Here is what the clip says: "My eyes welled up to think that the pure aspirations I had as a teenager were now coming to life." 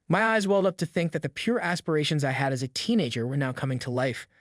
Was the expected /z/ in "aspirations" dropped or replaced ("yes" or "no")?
no